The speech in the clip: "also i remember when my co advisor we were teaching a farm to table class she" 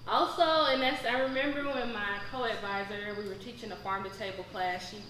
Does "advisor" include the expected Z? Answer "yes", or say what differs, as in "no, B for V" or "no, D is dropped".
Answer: yes